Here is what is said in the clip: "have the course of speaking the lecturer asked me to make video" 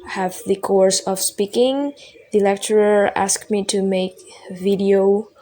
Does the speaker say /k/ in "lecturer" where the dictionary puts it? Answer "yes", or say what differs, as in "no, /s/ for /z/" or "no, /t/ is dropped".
yes